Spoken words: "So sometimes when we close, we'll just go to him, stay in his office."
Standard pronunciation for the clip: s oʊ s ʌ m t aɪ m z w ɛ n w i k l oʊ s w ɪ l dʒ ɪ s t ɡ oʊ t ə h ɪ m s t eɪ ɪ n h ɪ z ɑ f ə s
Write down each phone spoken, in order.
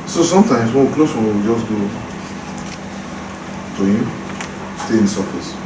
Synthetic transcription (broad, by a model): s oʊ s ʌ m t aɪ m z w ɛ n w i k l oʊ s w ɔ w dʒ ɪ s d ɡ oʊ t ə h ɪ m s t eɪ ɪ n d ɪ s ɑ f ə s